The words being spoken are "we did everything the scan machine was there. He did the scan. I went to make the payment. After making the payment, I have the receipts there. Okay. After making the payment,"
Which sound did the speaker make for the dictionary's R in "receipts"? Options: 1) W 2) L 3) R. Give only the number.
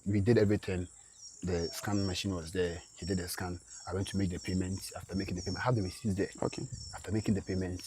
1